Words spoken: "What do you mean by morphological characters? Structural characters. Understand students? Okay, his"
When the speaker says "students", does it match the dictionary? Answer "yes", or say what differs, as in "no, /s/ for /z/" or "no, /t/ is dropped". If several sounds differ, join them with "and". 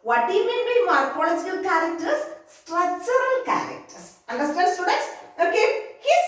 no, /n/ is dropped